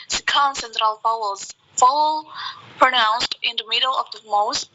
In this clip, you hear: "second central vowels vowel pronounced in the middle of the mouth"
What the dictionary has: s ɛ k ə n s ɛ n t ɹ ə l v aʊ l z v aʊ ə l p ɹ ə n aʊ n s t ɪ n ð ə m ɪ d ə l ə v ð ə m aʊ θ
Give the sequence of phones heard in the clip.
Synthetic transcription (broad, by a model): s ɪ k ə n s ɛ n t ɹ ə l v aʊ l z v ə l p ɹ ə n aʊ n s t ɪ n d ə m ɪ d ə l ə v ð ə m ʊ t